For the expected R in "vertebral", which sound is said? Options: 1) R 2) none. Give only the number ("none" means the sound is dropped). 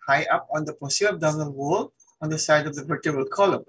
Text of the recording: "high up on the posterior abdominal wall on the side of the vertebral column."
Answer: 2